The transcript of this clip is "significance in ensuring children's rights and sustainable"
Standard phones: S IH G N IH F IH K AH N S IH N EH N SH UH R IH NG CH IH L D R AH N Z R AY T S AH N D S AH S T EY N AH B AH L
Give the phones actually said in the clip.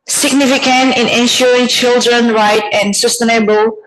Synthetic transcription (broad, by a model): S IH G N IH F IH K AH N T IH N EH N SH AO R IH NG CH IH L D R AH N R AY T AH N S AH S T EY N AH B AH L